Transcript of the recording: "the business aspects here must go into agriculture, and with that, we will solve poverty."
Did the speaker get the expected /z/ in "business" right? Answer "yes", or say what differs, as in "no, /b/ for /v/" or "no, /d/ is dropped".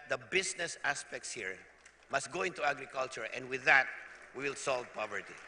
no, /s/ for /z/